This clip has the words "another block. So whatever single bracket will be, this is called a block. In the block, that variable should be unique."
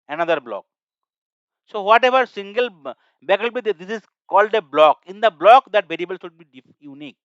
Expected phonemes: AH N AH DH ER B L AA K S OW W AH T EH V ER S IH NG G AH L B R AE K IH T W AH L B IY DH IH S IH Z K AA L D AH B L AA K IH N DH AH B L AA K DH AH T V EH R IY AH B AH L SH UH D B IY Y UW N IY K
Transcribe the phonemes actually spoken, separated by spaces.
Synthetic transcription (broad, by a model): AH N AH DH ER B L AA K S OW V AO T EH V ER S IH NG G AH L B AE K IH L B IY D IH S IH Z K AA L D AH B L AA K IH N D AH B L AA K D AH T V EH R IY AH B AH L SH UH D B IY Y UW N IY K